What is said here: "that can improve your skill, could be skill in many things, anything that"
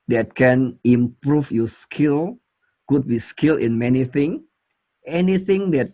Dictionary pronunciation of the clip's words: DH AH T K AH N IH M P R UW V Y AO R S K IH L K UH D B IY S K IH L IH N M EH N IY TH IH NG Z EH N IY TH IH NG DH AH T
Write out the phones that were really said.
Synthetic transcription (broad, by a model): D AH T K AH N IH M P R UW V Y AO S K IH L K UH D B IY S K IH L IH N M EH N IY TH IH NG EH N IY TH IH NG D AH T